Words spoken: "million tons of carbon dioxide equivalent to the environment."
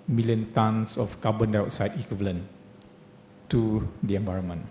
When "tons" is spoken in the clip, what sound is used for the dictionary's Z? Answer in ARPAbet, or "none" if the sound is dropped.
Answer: S